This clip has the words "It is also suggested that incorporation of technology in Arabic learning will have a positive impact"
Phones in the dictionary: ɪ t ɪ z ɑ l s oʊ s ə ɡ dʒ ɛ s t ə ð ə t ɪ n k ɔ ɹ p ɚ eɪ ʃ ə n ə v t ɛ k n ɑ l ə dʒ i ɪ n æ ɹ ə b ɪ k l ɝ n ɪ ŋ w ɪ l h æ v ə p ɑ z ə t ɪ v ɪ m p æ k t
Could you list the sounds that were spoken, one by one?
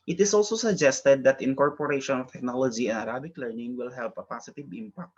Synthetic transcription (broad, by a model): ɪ t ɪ s ɑ l s oʊ s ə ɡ dʒ ɛ s t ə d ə t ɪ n k ɔ ɹ p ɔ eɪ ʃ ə n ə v t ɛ k n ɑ l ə dʒ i ɪ n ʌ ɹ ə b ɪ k l ɝ n ɪ ŋ w ɪ l h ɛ p ə p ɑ s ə t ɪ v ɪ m p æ k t